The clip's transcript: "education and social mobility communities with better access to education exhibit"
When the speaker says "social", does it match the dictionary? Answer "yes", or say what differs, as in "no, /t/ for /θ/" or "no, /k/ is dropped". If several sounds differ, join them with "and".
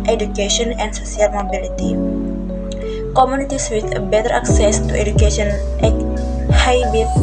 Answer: no, /s/ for /ʃ/